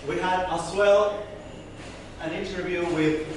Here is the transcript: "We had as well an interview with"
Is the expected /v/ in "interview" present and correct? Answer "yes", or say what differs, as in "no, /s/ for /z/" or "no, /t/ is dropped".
yes